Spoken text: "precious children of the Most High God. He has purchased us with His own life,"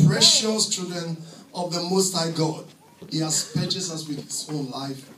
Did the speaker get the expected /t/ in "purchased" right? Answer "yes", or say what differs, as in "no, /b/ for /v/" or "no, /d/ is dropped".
no, /t/ is dropped